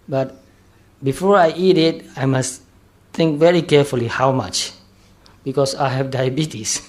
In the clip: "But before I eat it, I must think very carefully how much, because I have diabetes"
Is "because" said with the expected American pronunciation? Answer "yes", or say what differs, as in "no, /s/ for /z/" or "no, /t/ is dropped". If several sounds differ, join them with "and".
no, /s/ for /z/